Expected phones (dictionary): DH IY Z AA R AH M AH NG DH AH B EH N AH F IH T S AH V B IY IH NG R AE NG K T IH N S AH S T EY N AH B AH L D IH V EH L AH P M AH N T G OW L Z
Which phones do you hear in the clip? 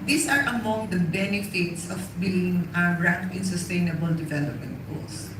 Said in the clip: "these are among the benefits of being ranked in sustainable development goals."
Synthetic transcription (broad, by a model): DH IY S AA R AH M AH NG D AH B EH N AH F IH T S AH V B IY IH NG R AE K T IH N S AH S T EY N AH B AH L D IH V EH L AH P M AH N T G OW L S